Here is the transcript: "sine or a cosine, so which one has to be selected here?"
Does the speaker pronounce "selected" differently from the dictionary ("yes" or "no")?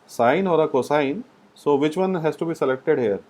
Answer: no